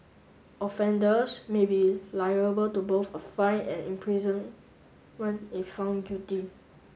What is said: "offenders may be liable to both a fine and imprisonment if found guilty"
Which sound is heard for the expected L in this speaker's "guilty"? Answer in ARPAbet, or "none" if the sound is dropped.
none